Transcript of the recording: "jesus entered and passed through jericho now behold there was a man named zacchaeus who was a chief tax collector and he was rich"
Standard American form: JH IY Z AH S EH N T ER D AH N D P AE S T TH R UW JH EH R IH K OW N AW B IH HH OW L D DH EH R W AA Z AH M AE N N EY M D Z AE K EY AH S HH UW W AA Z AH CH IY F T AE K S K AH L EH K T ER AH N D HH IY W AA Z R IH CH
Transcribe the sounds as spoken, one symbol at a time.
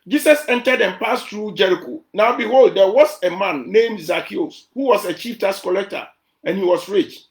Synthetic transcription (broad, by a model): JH IY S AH S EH N T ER D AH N P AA S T R UW JH EH R IH K OW N AW B IH HH OW L D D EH W AA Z AH M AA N N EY M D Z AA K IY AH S HH UW W AA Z AH CH IY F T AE S K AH L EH K T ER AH N HH IY W AA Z R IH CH